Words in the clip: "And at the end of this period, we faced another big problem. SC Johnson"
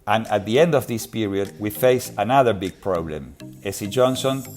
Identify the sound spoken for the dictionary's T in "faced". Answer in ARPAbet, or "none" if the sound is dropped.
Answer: none